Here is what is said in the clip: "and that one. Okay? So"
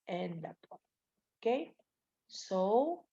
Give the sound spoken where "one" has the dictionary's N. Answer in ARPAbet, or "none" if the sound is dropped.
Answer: none